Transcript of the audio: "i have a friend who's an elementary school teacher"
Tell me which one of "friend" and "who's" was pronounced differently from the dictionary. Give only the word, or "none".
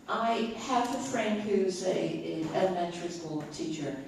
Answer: none